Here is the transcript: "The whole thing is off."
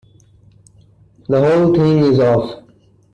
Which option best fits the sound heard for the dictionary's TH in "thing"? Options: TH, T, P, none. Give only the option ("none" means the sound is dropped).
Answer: T